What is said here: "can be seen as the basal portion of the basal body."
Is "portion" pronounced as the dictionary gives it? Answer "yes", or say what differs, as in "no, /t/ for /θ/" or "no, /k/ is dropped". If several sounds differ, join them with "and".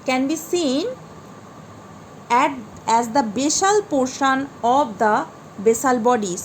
yes